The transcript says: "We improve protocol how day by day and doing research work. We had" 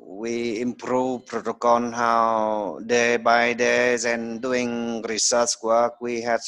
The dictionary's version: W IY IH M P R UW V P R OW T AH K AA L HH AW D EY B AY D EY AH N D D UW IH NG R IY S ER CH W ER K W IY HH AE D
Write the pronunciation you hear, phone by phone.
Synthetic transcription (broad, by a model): W IY IH M P R UW V P R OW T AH K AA N HH AW D EY B AY D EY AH N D D UW IH NG R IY S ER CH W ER K W IY HH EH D